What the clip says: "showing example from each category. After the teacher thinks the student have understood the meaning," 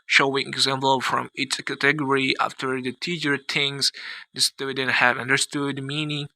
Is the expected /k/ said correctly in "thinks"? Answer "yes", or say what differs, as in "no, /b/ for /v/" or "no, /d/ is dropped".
no, /k/ is dropped